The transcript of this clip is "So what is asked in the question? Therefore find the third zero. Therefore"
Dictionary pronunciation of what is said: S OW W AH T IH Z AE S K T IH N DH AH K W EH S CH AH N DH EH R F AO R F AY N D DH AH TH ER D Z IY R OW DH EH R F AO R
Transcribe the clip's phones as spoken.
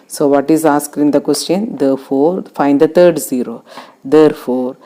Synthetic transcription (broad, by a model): S OW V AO T IH Z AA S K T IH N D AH K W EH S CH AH N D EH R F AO R F AY N D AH T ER D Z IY R OW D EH R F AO R